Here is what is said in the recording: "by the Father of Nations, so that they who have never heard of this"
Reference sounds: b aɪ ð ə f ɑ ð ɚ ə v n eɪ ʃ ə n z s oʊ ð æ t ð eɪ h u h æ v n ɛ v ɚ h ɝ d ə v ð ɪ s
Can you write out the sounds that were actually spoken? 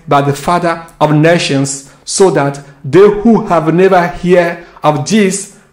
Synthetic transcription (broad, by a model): b aɪ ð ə f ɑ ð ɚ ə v n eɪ ʃ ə n s oʊ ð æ t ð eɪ h u h æ v n ɛ v ɚ h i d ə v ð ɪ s